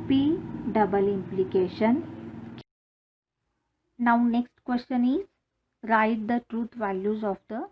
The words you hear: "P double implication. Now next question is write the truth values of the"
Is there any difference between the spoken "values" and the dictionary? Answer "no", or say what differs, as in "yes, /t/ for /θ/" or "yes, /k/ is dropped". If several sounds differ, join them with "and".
no